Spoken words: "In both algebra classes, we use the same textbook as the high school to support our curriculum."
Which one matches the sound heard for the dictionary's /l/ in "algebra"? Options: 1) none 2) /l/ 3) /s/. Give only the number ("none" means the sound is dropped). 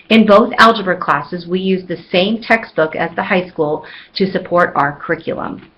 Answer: 2